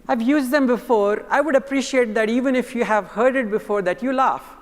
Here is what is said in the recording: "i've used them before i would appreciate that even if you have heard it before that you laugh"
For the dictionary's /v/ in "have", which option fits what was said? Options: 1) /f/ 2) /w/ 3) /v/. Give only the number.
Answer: 3